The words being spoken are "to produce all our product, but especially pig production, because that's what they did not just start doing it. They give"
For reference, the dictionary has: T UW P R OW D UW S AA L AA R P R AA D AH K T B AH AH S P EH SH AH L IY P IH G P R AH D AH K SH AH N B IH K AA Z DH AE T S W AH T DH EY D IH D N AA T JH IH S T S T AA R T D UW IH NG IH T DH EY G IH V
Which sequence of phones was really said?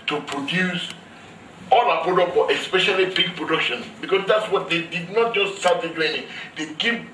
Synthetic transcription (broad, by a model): T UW P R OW D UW S AA L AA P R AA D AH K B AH AH S P EH SH AH L IY B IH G P R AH D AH K SH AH N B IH K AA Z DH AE T S W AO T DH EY D IH D N AA T JH IH S T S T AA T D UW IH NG IH T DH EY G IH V